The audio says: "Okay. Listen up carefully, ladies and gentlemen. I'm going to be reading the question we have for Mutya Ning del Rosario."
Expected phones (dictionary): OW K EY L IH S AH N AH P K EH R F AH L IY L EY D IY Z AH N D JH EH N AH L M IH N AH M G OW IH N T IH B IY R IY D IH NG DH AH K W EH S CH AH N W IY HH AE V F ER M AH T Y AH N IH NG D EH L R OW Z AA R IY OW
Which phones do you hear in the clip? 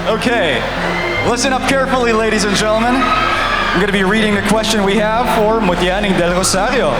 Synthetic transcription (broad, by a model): OW K EY L IH S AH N AH P K EH R F L IY L EY D IY Z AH N JH EH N L M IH N AH M G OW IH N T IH B IY R IY D IH NG DH AH K W EH S CH AH N W IY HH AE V F ER M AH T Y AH N IH NG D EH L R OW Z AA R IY OW